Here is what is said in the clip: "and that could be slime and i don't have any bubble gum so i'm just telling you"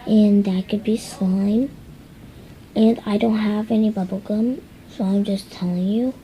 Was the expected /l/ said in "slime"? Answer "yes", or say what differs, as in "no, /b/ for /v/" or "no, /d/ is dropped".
no, /l/ is dropped